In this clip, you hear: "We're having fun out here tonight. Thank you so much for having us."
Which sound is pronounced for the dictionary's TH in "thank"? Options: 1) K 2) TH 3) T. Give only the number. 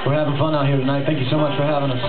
2